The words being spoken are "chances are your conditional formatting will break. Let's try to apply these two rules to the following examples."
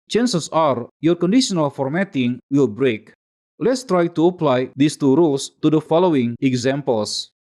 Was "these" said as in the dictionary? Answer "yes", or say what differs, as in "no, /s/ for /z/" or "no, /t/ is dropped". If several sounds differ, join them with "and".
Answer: no, /s/ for /z/